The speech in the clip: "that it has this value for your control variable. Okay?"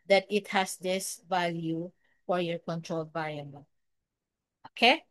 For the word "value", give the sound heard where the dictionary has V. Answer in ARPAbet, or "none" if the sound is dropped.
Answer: V